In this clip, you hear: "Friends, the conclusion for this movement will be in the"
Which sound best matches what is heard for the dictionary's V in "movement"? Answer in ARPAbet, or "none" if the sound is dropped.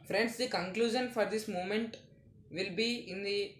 none